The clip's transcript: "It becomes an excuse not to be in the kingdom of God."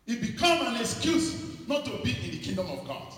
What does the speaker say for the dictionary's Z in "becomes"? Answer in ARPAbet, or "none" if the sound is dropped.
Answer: none